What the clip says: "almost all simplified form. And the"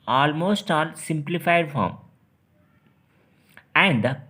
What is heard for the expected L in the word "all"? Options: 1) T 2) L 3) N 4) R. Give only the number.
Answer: 3